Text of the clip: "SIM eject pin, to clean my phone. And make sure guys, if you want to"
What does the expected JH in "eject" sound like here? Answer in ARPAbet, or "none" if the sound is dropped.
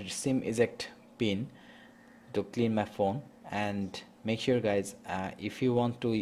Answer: Z